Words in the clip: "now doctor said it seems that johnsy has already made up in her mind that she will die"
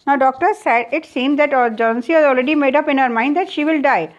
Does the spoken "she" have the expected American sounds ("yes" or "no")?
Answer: yes